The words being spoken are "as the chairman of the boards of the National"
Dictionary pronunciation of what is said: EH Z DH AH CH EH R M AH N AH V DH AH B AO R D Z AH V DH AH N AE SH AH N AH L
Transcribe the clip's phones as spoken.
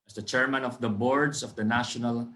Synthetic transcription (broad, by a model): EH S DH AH CH EH R M AH N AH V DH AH B AO R D S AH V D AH N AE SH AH N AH L